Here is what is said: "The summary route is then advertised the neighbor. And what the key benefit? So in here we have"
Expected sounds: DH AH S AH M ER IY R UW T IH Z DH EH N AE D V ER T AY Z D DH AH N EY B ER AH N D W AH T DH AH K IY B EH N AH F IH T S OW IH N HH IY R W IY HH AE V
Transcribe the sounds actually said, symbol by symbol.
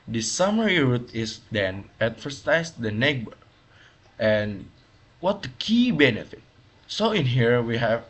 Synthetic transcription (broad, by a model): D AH S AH M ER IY R UW T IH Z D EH N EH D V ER S AY S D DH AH N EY B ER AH N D W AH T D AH K IY B EH N AH F IH T S OW IH N HH IY R W IY HH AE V